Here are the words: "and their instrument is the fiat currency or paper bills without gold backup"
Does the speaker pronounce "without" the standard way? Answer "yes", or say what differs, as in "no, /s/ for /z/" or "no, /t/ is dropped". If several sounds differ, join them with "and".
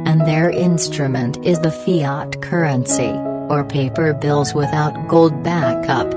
yes